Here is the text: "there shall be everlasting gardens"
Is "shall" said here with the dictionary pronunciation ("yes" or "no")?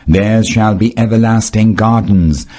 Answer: yes